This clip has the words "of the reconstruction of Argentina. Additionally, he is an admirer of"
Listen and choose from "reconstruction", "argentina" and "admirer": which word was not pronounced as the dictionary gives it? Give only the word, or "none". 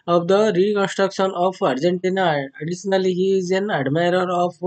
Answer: none